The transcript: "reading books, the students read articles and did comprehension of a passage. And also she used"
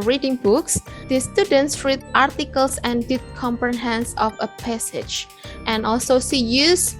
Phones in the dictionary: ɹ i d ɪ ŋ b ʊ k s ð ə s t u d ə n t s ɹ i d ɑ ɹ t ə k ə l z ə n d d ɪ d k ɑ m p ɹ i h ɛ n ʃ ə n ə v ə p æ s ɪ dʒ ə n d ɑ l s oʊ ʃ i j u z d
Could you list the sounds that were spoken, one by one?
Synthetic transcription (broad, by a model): ɹ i d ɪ ŋ b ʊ k s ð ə s t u d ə n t s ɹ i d ɑ ɹ t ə k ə l s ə n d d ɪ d k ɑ m p ɹ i h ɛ n s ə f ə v ə p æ s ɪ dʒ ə n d ɑ l s oʊ s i j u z